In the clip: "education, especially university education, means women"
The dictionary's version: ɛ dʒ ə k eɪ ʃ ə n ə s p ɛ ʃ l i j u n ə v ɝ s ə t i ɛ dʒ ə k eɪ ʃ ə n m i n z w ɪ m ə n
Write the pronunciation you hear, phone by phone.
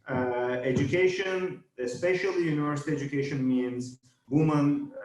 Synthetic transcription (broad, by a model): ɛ dʒ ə k eɪ ʃ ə n ə s p ɛ ʃ l i j u n ə v ɝ s ə t i ɛ dʒ ə k eɪ ʃ ə n m i n z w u m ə n